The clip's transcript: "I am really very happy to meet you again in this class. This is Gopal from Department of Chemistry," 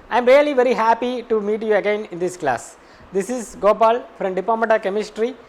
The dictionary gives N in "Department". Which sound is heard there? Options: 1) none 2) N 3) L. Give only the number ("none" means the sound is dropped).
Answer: 1